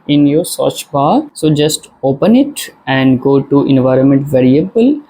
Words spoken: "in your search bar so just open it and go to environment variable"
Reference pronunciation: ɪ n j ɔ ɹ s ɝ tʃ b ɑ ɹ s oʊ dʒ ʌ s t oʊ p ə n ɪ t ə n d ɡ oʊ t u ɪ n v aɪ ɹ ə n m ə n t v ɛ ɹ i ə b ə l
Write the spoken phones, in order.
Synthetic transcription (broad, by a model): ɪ n j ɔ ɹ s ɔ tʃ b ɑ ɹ s oʊ dʒ ʌ s t oʊ p ə n ɪ t ə n d ɡ oʊ t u ɪ n v aɪ ɹ ə n m ə n t v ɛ ɹ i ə b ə l